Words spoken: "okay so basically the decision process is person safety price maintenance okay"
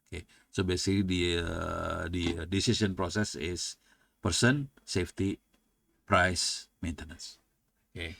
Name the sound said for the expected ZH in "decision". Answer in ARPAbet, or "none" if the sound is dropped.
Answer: S